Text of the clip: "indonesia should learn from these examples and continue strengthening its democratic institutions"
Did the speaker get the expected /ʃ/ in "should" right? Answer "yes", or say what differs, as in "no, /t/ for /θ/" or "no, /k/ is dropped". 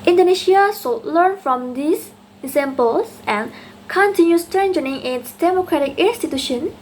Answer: no, /s/ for /ʃ/